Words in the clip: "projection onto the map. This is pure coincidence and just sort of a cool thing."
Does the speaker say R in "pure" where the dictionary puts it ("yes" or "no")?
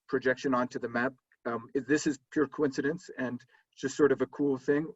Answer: yes